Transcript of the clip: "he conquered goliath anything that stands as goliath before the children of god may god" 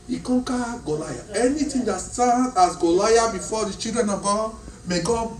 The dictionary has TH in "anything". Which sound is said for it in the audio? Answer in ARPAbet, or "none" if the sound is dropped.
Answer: T